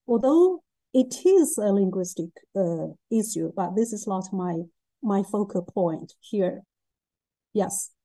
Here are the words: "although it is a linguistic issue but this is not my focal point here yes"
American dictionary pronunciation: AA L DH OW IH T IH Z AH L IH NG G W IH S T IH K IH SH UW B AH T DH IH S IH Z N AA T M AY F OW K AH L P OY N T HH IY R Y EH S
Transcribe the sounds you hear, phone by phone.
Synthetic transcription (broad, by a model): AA L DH OW IH T IH Z AH L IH NG G W IH S T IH K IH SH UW B AH T DH IH S IH Z L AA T M AY F OW K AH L P OY N T HH IY R Y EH S